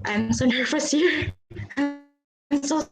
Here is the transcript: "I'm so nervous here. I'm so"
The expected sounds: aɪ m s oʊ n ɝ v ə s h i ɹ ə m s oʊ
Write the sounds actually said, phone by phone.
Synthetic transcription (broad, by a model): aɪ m s oʊ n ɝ f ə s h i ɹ ə m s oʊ